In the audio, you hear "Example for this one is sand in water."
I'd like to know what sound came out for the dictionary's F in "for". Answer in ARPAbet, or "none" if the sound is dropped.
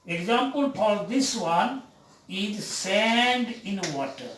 P